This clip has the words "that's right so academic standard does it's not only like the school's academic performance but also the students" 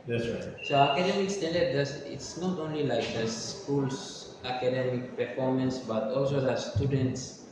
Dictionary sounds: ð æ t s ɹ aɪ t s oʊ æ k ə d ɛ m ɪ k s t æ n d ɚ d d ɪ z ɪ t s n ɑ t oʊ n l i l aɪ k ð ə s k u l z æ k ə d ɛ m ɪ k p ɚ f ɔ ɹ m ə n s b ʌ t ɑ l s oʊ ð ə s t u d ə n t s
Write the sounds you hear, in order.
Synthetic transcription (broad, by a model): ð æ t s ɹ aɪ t s oʊ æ k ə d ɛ m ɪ k s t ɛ n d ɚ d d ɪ s ɪ t s n ɑ t oʊ n l i l aɪ k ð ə s k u l s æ k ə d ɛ m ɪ k p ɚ f ɔ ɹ m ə n s b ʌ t ɑ l s oʊ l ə s t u d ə n t s